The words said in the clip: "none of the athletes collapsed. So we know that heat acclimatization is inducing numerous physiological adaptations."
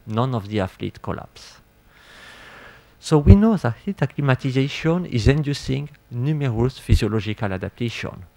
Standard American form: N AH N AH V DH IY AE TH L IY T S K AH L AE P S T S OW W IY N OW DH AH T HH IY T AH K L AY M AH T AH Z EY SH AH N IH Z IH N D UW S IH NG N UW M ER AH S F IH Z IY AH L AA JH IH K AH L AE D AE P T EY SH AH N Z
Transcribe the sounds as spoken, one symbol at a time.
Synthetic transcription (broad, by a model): N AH N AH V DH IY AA F L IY T K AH L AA P S S OW W IY N OW DH AH T HH IY T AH K L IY M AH T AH Z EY SH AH N IH Z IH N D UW S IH NG N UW M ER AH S F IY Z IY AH L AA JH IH K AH L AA D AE P T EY SH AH N